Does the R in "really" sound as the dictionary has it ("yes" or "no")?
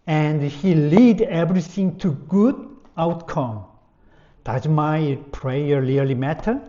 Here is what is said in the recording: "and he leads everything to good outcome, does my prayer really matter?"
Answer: no